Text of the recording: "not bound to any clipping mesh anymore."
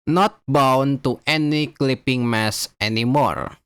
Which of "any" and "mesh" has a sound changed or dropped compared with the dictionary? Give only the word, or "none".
mesh